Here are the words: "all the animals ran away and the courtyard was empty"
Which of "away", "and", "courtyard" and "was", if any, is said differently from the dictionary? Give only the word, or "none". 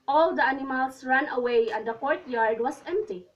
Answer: was